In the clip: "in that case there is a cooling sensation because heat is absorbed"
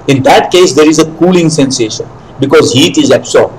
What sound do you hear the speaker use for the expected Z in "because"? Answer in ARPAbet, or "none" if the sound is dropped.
Z